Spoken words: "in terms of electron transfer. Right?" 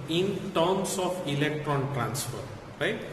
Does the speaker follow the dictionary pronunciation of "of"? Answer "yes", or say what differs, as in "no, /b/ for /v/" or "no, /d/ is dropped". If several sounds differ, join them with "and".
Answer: no, /p/ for /v/